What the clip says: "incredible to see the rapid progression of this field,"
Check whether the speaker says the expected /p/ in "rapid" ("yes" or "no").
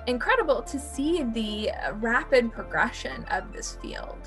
yes